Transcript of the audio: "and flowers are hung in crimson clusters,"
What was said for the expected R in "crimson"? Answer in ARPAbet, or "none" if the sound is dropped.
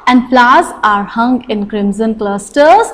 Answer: R